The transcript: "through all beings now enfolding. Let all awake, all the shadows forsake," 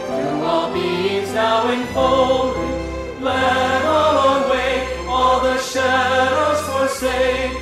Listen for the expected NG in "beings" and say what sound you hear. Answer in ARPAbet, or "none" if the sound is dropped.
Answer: none